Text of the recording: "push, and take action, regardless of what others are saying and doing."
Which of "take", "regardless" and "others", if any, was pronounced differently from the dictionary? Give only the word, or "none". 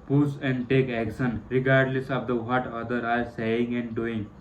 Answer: others